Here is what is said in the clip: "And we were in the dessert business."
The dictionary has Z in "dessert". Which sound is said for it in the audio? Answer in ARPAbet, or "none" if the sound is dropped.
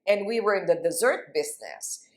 Z